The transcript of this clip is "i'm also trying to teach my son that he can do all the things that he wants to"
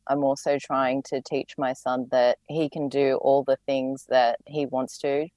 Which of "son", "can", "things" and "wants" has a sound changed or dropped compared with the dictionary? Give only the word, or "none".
none